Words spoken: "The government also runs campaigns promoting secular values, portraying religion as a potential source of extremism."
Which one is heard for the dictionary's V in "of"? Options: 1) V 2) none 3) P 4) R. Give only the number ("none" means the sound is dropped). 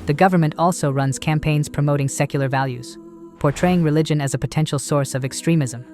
1